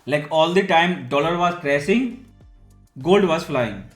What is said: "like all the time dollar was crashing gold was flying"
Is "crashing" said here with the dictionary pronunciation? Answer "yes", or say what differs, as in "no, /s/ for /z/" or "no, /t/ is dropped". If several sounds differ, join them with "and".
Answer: no, /s/ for /ʃ/